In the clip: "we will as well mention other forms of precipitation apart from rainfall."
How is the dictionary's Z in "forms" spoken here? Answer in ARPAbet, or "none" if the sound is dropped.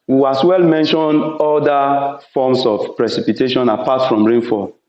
S